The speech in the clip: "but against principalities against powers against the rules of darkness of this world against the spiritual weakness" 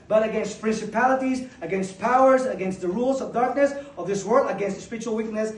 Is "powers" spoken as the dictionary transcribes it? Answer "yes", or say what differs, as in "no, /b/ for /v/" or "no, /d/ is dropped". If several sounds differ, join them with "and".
yes